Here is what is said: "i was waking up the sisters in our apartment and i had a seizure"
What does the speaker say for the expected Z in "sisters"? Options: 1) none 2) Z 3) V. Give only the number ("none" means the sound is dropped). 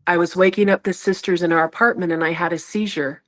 2